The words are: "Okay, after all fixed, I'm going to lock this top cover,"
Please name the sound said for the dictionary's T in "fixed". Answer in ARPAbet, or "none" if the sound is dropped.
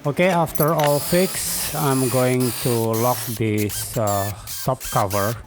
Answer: none